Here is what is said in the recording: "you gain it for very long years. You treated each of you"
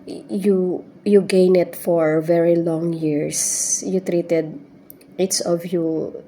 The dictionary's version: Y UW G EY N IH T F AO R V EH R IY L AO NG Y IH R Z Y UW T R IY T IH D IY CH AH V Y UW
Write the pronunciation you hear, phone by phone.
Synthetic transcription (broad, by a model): Y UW G EY N IH T F AO R V EH R IY L AO NG Y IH R S Y UW T R IY T IH D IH S AH V Y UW